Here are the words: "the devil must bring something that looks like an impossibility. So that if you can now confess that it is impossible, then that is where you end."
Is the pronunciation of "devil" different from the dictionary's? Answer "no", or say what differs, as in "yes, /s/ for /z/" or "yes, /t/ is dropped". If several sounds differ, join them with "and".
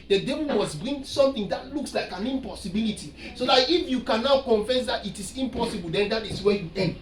yes, /n/ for /l/